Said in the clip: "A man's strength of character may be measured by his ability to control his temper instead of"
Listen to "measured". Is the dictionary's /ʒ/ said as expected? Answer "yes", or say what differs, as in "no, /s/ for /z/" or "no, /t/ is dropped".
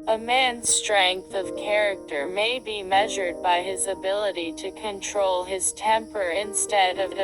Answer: yes